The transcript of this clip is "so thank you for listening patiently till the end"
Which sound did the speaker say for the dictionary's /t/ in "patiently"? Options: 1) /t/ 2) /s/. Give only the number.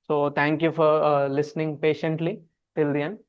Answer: 1